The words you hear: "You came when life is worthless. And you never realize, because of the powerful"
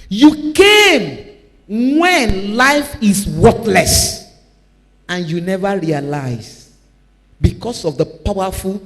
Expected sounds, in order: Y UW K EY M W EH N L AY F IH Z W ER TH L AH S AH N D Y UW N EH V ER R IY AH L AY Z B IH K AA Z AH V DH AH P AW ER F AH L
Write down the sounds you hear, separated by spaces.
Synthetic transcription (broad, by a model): Y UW K EY M W EH N L AY F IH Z W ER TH L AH S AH N Y UW N EH V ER R IY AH L AY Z B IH K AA S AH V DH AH P AW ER F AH L